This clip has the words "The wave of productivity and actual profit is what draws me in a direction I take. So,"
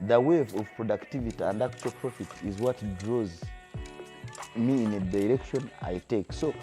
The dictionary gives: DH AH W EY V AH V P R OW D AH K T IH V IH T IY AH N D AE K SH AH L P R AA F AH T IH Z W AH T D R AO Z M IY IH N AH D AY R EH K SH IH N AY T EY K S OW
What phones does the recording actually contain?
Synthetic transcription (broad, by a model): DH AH W EY V AH V P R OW D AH K T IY V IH T IY AH N D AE K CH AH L P R AA F AH T IH Z W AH T D R AO Z M IY IH N AH D AY R EH K SH IH N AY T EY K S OW